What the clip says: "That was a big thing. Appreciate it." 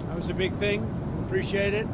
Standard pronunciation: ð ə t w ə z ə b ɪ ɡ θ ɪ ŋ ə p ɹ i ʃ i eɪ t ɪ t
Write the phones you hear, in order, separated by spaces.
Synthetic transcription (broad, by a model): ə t w ə z ə b ɪ ɡ θ ɪ ŋ ə p ɹ i ʃ i eɪ t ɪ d